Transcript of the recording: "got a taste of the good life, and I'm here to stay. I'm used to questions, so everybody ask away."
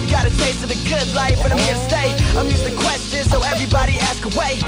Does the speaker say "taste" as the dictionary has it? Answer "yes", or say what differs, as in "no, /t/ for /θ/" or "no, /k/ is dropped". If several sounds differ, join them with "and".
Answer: no, /s/ is dropped